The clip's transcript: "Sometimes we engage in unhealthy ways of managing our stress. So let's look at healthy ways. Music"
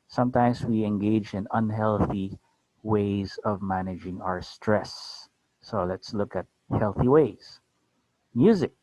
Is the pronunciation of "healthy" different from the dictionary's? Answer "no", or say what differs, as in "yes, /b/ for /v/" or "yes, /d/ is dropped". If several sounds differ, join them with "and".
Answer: no